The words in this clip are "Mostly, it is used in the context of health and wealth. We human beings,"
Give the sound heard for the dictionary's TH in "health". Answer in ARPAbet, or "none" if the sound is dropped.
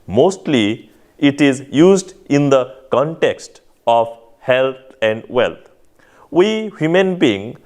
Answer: T